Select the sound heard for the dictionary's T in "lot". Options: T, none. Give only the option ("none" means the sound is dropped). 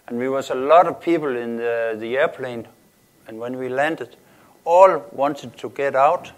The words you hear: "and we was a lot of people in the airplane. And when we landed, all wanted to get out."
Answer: T